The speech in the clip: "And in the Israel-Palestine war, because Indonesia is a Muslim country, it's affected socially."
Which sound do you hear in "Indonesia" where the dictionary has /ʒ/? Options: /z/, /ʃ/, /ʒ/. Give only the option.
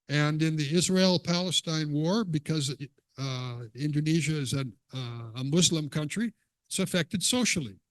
/ʒ/